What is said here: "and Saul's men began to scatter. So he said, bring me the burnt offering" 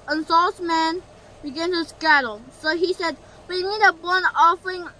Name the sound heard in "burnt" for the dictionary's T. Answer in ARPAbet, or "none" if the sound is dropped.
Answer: none